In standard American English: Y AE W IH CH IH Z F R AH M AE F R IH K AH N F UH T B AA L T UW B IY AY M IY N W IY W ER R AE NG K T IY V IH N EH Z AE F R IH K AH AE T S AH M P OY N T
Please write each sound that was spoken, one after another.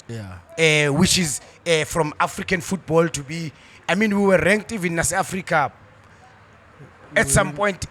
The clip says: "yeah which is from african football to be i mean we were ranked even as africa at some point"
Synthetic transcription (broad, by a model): Y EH W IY CH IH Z F R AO M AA F R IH K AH N F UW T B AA L T UW B IY AY M IY N W IY W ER R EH NG K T IY V IH N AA S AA F R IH K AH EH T S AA M P OY N T